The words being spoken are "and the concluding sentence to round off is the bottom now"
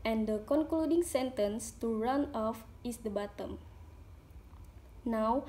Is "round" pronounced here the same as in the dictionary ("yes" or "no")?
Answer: no